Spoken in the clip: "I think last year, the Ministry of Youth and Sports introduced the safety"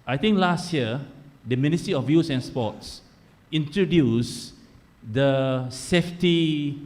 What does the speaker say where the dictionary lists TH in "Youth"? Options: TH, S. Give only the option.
S